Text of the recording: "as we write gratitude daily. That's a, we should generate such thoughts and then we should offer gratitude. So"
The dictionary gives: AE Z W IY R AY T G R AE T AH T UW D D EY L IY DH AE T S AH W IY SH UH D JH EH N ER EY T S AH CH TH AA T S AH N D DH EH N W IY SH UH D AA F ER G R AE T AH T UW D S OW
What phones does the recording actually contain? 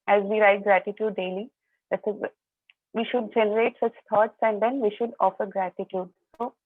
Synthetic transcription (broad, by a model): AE Z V IY R AY T G R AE T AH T UW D D EY L IY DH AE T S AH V IY SH UH D JH EH N ER EY T S AH CH T AA T S AH N D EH N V IY SH UH D AA F ER G R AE T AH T UW D S OW